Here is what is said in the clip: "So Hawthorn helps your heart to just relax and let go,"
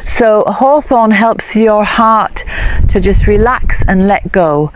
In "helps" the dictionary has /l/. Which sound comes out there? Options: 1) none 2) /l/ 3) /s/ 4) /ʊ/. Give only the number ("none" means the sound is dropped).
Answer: 2